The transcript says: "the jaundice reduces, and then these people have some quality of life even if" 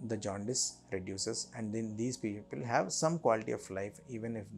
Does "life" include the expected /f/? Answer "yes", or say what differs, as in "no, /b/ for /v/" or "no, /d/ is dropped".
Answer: yes